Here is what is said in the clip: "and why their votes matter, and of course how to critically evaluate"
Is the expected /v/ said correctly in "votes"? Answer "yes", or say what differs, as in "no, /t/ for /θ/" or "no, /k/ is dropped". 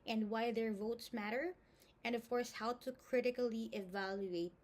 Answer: yes